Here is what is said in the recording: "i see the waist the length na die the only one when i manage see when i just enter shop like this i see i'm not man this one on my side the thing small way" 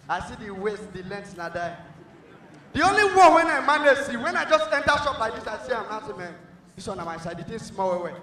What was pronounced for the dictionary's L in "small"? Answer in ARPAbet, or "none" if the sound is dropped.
W